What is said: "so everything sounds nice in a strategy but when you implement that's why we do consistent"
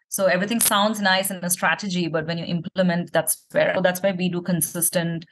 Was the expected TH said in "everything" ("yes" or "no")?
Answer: no